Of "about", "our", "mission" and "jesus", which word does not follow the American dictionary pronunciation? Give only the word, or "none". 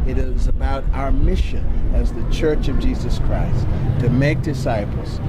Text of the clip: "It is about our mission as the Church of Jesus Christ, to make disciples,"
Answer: none